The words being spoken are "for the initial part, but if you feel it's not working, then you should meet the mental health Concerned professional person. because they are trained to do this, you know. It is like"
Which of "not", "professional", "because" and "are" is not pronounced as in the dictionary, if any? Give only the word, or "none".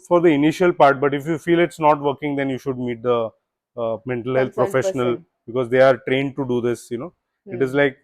none